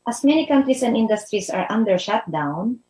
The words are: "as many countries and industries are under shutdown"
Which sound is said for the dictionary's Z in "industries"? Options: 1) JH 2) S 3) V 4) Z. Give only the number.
2